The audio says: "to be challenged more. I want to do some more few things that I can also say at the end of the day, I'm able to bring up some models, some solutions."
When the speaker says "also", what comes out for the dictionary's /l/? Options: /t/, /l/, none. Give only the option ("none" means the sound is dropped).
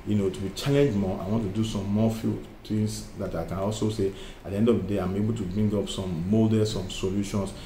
/l/